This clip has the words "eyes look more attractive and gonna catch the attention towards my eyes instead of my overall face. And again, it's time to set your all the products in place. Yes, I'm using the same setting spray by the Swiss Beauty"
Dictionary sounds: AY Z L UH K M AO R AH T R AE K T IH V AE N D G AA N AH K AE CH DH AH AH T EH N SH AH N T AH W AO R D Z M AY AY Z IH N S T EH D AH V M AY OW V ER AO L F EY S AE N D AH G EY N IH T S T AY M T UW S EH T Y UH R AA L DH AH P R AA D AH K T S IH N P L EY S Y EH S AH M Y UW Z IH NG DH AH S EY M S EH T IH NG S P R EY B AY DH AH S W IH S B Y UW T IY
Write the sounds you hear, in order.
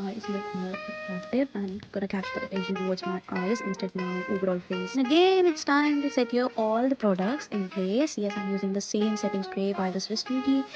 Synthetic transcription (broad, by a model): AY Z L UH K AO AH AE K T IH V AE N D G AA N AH K AE CH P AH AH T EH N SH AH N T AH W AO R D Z M AY AY Z IH N S T EH D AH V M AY OW V ER AO L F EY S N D AH G EY N IH T S T AY M T UW S EH T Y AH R AA L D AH P R AA D AH K T S IH N P L EY S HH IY AH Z Y UW Z IH NG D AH S EY M S EH T IH NG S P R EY B AY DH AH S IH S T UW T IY